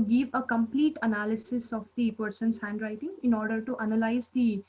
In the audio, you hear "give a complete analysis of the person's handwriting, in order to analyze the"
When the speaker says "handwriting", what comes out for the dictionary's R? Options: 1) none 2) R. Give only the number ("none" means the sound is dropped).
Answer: 2